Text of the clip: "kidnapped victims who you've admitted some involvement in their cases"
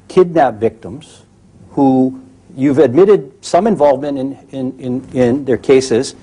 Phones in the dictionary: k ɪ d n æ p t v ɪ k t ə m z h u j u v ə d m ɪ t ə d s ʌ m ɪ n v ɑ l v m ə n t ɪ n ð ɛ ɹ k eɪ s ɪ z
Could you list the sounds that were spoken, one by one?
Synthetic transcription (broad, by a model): k ɪ d n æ p v ɪ k t ə m z h u j u v ə d m ɪ t ə d s ʌ m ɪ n v ɑ l v m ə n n ɪ n ð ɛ ɹ k eɪ s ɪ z